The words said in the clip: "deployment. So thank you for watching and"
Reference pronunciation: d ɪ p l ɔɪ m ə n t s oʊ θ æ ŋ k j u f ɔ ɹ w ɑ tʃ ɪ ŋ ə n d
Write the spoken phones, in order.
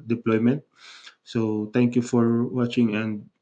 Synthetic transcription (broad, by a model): d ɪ p l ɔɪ m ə n t s oʊ t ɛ ŋ k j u f ɔ ɹ w ɑ tʃ ɪ ŋ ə n d